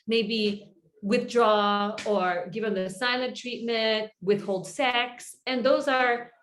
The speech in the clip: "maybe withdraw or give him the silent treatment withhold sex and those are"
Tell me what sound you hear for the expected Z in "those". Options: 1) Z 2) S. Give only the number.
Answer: 1